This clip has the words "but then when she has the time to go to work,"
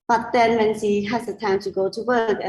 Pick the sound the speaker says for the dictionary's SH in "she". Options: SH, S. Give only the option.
S